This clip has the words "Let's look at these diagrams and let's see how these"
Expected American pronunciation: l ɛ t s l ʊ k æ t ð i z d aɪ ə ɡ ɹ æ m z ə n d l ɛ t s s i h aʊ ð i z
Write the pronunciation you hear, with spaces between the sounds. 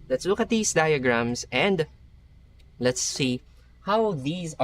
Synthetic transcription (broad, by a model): l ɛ t s l ʊ k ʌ t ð i s d aɪ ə ɡ ɹ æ m s ə n d l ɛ t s s i h aʊ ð i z